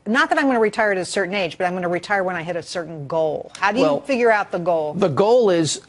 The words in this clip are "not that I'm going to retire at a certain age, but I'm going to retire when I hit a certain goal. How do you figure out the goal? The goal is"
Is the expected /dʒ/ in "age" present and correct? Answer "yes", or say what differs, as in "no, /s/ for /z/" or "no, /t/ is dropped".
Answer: yes